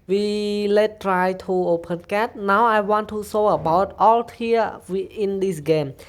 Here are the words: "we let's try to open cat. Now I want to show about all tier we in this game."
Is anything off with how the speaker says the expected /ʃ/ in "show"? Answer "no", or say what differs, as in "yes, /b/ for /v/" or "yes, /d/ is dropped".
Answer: yes, /s/ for /ʃ/